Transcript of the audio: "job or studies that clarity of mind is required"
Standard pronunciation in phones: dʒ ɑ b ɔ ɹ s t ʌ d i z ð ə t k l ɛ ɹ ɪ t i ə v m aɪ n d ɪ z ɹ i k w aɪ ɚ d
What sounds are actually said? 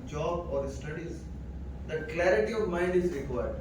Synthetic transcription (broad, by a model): dʒ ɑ b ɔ ɹ s t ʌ d i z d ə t k l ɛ ɹ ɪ t i ə v m aɪ n d ɪ z ɹ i k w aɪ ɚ d